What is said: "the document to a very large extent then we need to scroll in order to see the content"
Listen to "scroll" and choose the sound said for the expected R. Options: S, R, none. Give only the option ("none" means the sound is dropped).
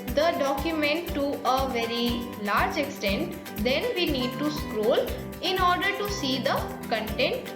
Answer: R